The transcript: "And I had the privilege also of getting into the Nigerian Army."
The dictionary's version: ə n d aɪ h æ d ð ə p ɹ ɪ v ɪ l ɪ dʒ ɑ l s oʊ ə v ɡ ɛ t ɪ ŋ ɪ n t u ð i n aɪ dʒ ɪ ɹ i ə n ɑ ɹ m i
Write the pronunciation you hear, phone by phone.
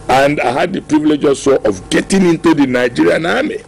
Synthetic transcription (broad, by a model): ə n d aɪ h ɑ d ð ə p ɹ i v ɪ l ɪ dʒ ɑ s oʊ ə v ɡ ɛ t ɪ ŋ ɪ n t u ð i n aɪ dʒ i ɹ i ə n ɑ m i